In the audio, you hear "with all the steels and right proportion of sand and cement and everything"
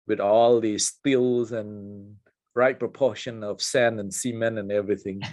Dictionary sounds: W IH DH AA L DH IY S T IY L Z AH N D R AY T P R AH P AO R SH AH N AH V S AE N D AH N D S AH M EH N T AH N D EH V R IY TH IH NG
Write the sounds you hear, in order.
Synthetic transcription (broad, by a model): W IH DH AA L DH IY S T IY L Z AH N R AY T P R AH P AO SH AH N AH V S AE N AH N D S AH M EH N AH N EH V R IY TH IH NG